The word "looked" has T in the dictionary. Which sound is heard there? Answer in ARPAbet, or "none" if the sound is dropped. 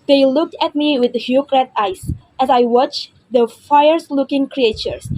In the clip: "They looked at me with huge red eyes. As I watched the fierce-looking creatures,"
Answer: T